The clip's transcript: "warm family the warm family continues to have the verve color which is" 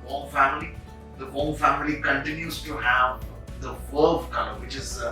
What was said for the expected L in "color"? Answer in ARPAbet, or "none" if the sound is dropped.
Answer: N